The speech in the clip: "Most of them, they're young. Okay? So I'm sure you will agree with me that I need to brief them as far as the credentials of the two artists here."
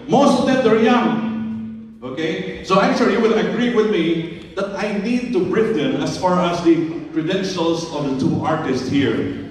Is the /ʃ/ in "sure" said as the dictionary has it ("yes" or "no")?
no